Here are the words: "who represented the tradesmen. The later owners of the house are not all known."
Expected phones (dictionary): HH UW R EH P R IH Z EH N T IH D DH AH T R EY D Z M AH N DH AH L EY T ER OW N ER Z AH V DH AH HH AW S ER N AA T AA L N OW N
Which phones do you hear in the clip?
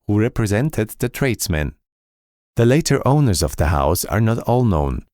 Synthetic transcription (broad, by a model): HH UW R EH P R IH Z EH N T IH D DH AH T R EY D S M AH N DH AH L EY T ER OW N ER Z AH V DH AH HH AW S ER N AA T AA L N OW N